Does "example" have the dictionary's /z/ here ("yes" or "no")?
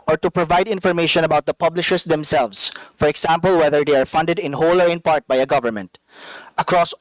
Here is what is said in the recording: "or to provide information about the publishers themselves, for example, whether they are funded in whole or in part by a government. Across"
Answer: no